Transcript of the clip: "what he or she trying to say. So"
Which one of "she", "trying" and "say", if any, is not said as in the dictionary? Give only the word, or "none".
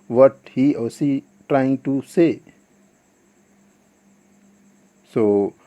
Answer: she